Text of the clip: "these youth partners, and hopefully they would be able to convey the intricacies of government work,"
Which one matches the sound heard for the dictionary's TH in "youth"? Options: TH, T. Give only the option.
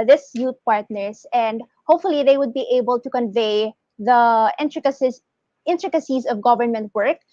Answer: T